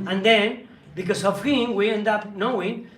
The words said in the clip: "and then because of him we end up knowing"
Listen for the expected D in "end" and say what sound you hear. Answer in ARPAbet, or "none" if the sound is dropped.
D